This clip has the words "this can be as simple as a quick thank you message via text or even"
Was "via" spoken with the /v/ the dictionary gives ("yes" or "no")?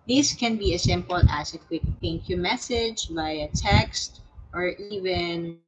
no